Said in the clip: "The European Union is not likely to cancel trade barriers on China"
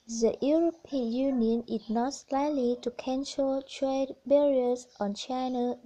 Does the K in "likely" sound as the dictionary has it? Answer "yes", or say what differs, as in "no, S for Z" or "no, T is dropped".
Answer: no, K is dropped